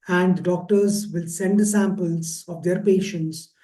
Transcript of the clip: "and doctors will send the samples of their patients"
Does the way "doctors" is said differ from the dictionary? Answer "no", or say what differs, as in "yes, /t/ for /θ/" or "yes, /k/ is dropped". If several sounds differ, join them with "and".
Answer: no